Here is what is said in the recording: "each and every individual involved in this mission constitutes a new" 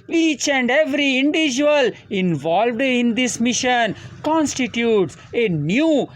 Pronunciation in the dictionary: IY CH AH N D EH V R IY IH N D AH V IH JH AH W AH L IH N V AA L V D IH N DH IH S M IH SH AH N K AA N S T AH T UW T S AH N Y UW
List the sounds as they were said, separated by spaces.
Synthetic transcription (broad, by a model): IY CH AH N D EH V R IY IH N D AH V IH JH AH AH L IH N V AA L V D IH N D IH S M IH SH AH N K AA N S T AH T UW T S AH N Y UW